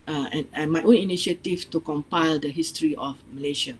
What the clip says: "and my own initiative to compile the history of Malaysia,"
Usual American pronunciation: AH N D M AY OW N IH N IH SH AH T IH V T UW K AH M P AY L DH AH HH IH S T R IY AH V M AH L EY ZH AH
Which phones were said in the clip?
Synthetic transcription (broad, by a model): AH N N M AY OW N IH N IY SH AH T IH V T UW K AH M P AY L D AH HH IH S T R IY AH F M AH L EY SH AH